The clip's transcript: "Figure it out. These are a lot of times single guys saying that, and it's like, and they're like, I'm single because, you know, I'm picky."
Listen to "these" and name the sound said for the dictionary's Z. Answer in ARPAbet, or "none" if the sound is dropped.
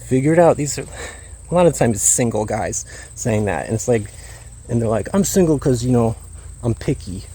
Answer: Z